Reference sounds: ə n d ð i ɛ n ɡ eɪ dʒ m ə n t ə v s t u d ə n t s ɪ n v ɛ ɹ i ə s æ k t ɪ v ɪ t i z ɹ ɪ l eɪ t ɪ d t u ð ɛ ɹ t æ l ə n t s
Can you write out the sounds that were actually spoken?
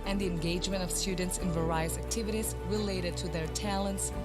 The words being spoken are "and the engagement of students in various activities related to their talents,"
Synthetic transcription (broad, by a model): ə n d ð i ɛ n ɡ eɪ dʒ m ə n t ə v s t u d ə n t s ɪ n v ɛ ɹ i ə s æ k t ɪ v ɪ t i z ɹ ɪ l eɪ t ɪ d t u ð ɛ ɹ t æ l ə n t s